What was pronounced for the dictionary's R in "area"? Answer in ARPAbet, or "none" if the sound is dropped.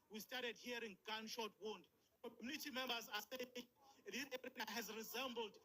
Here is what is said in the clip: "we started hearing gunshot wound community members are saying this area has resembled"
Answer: none